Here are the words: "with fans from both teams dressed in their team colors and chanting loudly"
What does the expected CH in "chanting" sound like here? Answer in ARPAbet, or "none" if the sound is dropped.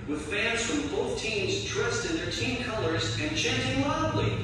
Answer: CH